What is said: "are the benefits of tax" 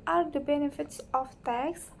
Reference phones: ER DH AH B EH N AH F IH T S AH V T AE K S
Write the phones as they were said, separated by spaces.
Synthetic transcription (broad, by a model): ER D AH B EH N AH F IH T S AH F T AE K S